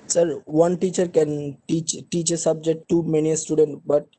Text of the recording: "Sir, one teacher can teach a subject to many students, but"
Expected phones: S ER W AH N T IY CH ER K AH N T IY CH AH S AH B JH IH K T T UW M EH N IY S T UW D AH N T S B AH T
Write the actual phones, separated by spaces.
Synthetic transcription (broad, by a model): S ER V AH N T IY CH ER K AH N T IY CH AH S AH B JH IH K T T UW M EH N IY S T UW D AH N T B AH T